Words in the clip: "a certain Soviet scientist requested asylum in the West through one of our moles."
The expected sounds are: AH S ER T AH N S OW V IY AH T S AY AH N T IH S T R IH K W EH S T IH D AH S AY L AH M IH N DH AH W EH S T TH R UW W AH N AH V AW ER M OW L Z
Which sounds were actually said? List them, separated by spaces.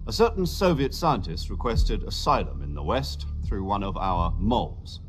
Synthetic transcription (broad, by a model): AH S ER T N S OW V IY AH T S AY AH N T IH S T R IH K W EH S T IH D AH S AY L AH M IH N DH AH W EH S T TH R UW W AH N AH V AW ER M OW L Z